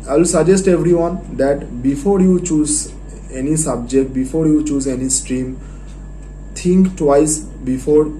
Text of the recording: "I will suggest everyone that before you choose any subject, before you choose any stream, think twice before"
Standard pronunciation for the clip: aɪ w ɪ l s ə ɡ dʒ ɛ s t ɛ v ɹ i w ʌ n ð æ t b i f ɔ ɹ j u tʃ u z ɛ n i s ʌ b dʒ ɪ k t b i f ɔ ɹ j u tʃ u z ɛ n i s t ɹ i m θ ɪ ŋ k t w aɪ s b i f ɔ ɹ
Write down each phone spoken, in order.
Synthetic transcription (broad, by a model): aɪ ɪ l s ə dʒ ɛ s t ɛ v ɹ i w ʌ n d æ t b i f ɔ ɹ j u tʃ u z ɛ n i s ʌ b dʒ ɪ k t b i f ɔ ɹ j u tʃ u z ɛ n i s t ɹ i m t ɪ ŋ k t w aɪ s b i f ɔ ɹ